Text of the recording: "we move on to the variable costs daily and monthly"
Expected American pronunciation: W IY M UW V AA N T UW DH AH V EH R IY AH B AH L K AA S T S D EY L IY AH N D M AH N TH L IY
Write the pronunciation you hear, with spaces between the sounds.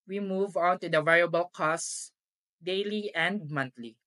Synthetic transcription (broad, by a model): W IY M UW V AA N T UW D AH V EH R IY AH B AH L K AA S S D EY L IY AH N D M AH N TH L IY